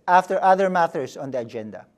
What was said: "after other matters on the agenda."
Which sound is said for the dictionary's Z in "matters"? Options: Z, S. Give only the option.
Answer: S